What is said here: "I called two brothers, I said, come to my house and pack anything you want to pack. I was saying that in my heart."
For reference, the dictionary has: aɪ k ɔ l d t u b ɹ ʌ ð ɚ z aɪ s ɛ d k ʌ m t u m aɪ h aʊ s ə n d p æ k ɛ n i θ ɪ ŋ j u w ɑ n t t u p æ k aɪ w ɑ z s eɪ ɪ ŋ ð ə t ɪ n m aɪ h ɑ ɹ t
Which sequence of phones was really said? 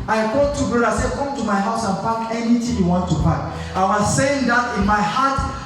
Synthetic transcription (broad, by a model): aɪ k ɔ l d t u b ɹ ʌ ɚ aɪ s ɛ d k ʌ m t u m aɪ h aʊ s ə n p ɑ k ɛ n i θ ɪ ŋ j u w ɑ n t t u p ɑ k aɪ w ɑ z s eɪ ɪ ŋ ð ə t ɪ n m aɪ h ɑ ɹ t